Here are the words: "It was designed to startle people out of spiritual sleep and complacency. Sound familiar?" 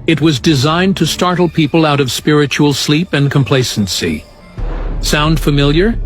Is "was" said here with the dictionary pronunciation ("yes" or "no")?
yes